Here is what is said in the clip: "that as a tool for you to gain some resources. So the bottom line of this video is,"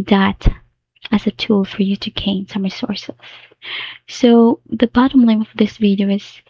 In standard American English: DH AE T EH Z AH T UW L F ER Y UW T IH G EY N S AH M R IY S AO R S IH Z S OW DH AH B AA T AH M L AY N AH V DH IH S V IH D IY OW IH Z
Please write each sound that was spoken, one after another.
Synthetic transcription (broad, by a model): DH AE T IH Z AH T UW L F ER Y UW T IH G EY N S AH M R IY S AO R S IH Z S OW DH AH B AA T AH M L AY AH V DH IH S V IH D IY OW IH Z